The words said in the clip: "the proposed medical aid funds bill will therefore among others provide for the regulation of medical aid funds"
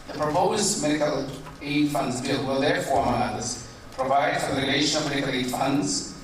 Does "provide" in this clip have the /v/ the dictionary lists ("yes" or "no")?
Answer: yes